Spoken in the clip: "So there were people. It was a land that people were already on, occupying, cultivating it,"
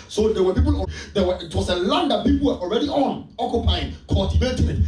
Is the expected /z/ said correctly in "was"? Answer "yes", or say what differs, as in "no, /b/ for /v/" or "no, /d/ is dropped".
no, /s/ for /z/